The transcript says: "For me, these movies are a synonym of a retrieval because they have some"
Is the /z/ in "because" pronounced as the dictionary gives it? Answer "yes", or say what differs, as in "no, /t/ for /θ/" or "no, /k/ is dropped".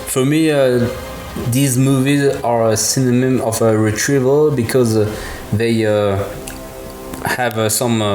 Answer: yes